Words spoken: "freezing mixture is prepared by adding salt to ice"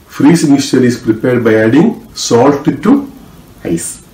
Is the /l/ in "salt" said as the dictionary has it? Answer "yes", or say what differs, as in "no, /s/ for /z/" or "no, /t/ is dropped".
yes